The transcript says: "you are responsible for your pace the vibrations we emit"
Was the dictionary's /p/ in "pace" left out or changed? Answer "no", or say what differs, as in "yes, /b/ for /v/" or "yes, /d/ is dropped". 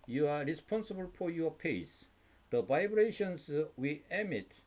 no